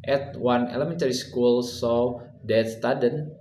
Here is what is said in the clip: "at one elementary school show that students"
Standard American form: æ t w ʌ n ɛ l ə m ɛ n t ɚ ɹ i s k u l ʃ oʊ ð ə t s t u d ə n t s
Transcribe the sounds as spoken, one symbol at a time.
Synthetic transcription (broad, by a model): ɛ t w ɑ n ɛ l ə m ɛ n t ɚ ɹ i s k u l s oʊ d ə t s t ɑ d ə n